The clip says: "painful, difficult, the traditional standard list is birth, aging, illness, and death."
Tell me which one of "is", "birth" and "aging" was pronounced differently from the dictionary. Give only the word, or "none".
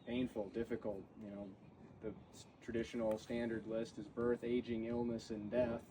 none